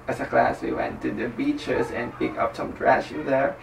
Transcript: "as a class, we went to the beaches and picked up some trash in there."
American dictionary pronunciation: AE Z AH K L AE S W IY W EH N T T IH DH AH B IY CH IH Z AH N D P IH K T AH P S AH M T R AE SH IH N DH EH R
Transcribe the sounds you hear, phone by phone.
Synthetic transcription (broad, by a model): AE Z AH K L AE S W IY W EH N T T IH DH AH B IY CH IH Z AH N P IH K AH P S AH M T R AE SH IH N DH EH R